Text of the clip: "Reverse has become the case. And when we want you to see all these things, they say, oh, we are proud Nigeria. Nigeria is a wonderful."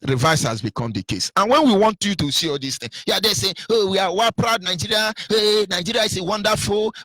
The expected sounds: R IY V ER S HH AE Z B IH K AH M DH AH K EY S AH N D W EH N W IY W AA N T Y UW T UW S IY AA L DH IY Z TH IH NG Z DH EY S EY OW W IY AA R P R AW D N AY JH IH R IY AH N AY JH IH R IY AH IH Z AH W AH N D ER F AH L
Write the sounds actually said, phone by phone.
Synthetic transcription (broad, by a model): R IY V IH S HH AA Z B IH K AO M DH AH K EY S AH N W EH N W IY W AA N T Y UW T UW S IY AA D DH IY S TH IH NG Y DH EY S EY OW W IY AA W P R AW D N AY JH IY R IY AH N AY JH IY R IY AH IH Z AH W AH N D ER F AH L